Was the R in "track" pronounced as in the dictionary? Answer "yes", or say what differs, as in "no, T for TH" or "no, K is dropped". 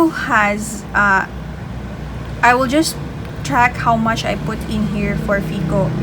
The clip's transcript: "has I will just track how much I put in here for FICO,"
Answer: yes